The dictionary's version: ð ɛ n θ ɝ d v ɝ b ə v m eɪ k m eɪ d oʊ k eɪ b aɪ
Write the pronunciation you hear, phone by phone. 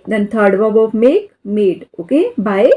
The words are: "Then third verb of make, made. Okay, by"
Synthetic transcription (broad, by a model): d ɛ n t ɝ d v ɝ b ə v m eɪ k m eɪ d oʊ k eɪ b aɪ